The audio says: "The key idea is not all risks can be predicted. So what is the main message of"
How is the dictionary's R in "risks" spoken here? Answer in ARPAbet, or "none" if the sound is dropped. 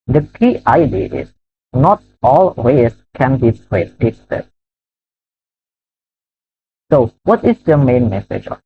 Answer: W